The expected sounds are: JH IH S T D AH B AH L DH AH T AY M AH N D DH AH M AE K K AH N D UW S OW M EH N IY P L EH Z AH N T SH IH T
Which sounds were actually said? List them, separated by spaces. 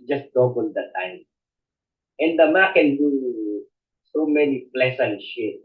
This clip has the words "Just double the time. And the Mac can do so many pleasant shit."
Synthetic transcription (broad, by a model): JH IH S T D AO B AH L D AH T AY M AH N D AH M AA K K AH N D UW S OW M EH N IY P L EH S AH N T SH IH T